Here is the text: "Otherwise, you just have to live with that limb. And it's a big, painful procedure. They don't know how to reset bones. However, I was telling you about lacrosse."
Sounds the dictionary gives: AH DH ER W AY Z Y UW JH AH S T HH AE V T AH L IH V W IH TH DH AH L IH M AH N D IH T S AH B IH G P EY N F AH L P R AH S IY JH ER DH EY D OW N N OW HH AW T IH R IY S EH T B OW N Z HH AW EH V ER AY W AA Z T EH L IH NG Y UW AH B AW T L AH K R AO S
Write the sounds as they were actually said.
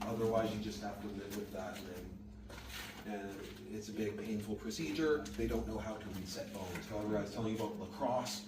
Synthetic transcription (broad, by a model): AH DH ER W AY Z Y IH JH AH S T HH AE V T AH L IH V W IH DH AH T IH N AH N IH T S AH B IH G P EY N F L P R AH S IY JH ER DH EY D OW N N OW HH AW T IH W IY S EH T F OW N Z HH AW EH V ER W AA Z T EH L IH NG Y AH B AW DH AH K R AO S